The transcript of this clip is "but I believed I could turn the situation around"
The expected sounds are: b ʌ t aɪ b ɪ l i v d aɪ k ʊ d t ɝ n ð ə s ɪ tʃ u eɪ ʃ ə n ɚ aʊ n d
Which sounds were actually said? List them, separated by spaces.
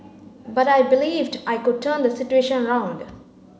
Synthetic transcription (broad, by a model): b ʌ t aɪ b ɪ l i v d aɪ k ʊ d t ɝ n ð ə s ɪ tʃ u eɪ ʃ ə n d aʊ n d